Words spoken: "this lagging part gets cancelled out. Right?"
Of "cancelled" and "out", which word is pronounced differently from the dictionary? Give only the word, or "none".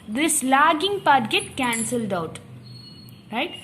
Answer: none